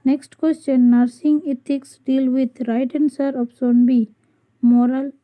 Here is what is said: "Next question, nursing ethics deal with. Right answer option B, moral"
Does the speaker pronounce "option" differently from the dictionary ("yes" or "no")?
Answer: yes